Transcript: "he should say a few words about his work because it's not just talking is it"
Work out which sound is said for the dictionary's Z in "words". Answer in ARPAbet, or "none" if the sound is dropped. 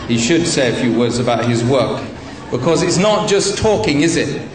Z